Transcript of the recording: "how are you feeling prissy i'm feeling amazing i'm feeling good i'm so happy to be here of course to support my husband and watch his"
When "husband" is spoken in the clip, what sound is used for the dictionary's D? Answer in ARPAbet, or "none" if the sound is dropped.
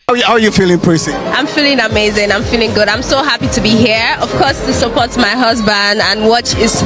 D